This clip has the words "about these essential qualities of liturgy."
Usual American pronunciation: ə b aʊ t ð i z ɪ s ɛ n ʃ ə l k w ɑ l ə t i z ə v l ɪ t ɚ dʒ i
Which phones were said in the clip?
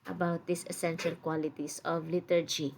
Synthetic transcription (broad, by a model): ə b aʊ t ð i s ɪ s ɛ n ʃ ə l k w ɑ l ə t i s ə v l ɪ t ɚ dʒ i